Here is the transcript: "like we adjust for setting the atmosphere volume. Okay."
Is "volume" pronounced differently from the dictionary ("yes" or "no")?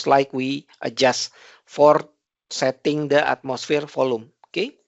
yes